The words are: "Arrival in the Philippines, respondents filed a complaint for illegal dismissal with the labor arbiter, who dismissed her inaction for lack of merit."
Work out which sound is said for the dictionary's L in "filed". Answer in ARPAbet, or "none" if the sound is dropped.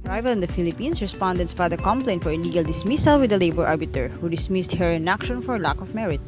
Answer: none